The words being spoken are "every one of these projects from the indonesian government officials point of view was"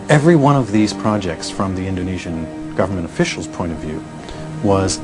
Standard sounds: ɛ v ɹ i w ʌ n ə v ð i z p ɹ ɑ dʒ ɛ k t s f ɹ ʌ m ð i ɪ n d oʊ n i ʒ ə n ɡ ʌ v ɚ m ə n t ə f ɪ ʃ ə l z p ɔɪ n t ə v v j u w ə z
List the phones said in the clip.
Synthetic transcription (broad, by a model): ɛ v ɹ i w ʌ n ə v ð i z p ɹ ɑ dʒ ɛ k t s f ɹ ʌ m ð i ɪ n d oʊ n i ʒ ə n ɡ ʌ v ɚ m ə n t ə f ɪ ʃ l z p ɔɪ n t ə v v j u w ə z